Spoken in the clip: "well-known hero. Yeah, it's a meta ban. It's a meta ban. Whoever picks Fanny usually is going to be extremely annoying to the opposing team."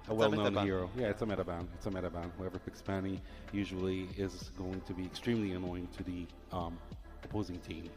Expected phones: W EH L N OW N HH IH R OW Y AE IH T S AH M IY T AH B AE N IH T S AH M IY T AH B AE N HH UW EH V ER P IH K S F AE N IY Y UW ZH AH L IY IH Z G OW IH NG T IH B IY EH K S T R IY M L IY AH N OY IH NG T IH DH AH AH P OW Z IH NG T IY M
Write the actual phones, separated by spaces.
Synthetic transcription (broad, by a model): W EH L N OW N HH IH R OW Y AE IH T S AH M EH T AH B AE N IH T S AH M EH T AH B AE N HH UW EH V ER F IH K S P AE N IY Y UW ZH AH L IY IH Z G OW IH NG T IH B IY EH K S T R IY M L IY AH N OY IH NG T IH DH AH AH P OW Z IH NG T IY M